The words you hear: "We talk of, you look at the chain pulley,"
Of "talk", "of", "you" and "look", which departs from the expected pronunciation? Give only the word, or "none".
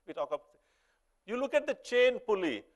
of